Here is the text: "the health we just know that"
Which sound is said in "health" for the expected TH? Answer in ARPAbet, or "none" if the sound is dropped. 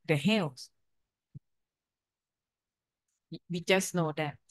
S